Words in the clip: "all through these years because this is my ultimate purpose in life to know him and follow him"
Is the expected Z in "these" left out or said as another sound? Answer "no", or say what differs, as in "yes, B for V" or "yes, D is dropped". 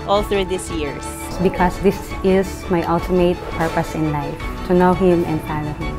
yes, S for Z